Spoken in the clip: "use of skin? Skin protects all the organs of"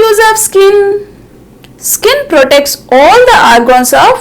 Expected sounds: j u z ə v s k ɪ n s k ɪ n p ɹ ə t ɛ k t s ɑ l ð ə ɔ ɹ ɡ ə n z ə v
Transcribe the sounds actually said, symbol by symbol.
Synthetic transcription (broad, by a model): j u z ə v s k ɪ n s k ɪ n p ɹ ə t ɛ k t s ɑ l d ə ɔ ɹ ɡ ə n s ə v